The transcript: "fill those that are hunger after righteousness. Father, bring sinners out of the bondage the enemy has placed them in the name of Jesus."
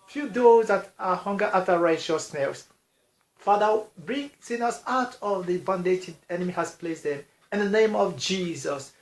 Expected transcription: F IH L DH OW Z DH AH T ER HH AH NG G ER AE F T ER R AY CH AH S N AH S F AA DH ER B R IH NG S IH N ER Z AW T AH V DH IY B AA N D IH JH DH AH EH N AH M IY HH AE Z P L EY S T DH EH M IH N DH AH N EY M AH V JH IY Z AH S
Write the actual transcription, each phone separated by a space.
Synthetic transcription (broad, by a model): F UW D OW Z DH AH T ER HH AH NG G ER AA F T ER R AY SH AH S N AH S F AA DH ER B R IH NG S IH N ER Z AW T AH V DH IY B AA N D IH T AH EH N AH M IY HH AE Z P L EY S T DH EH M IH N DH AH N EY M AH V JH IY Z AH S